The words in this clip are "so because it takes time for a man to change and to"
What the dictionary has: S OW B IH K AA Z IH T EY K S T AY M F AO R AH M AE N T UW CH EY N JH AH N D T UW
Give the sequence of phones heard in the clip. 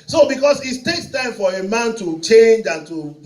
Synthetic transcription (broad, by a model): S OW B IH K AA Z IH T EY K S T AY M F AO R AH M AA N T UW CH EY N JH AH N T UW